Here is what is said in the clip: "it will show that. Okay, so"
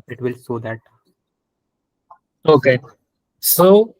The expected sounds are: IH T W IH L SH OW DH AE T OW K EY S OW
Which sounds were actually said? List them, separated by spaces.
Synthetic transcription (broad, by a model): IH T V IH L S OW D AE T OW K EY S OW